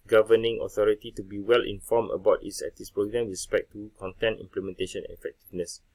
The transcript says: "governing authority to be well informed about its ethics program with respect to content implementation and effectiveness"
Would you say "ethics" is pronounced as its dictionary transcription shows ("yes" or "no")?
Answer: no